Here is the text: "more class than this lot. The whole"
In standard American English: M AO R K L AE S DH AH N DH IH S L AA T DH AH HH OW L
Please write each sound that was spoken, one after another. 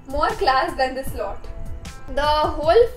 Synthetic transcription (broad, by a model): M AO R K L AE S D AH N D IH S L AA T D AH HH OW L